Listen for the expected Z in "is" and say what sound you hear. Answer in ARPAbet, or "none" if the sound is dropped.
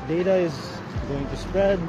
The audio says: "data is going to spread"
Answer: Z